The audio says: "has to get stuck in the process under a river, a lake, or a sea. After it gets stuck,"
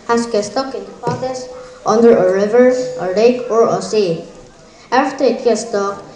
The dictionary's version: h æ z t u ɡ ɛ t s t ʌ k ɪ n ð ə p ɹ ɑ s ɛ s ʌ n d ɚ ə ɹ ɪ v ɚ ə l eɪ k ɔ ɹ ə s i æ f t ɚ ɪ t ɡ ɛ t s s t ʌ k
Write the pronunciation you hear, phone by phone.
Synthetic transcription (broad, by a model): h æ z t u ɡ ɛ t s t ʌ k ɪ n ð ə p ɑ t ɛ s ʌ n d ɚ ə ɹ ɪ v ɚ ə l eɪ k ɔ ɹ ə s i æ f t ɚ ɪ t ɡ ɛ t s s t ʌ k